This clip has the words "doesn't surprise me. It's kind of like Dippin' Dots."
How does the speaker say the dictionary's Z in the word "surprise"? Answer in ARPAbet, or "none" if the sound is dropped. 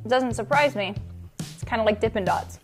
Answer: Z